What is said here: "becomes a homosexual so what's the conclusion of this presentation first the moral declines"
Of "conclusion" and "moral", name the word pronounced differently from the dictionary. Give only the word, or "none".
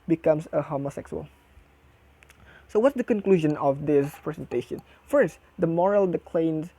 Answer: none